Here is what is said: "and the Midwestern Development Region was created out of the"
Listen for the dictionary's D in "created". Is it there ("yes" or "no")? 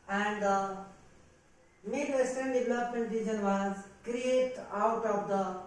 no